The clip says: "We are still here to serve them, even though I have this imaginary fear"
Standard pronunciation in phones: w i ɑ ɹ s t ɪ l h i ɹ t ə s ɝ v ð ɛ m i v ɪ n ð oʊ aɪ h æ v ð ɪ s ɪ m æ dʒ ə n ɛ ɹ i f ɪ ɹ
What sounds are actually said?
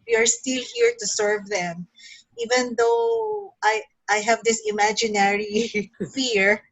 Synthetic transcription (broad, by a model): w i ɑ ɹ s t ɪ l h i ɹ t ə s ɝ v ð ɛ m i v ɪ n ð oʊ aɪ h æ v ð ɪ s ɪ m æ dʒ ə n ɛ ɹ i f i ɹ